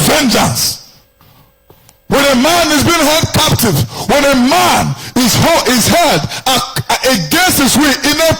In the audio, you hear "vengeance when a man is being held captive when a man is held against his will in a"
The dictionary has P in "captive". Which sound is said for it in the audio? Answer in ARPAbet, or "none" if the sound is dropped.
P